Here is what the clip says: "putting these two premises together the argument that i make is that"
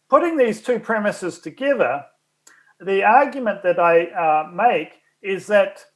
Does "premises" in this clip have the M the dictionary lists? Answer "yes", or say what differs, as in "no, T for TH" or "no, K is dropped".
yes